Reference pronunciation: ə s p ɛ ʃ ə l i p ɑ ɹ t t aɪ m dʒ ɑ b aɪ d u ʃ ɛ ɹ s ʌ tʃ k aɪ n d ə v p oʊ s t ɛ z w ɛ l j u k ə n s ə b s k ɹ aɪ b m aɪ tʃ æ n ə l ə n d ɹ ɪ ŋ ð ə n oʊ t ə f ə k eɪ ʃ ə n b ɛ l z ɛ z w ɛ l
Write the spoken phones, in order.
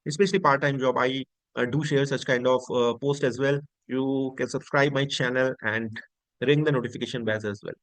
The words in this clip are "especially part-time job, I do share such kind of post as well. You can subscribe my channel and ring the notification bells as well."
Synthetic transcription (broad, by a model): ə s p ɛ ʃ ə l i p ɑ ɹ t t aɪ m dʒ ɑ b aɪ d u ʃ ɛ ɹ s ʌ tʃ k aɪ n d ə v p oʊ s t ɛ z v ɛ l j u k ə n s ə b s k ɹ aɪ b m aɪ tʃ æ n ə l ə n d ɹ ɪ ŋ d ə n oʊ t ə f ə k eɪ ʃ ə n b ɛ z ɛ z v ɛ l